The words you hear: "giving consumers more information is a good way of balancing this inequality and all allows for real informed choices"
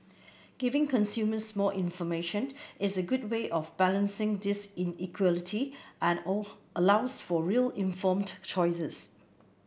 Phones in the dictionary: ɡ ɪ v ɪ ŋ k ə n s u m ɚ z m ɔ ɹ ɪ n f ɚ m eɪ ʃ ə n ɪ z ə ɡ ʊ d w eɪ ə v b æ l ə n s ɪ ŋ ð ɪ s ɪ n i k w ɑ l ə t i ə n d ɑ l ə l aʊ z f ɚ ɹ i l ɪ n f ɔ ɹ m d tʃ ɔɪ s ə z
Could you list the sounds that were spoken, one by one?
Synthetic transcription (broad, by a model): ɡ ɪ v ɪ ŋ k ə n s u m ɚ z m ɔ l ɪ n f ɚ m eɪ ʃ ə n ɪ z ə ɡ ʊ d w eɪ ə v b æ l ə n s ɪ ŋ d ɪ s ɪ n i k w ɑ l ə t i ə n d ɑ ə l aʊ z f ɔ ɹ i l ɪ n f ɔ m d tʃ ɔɪ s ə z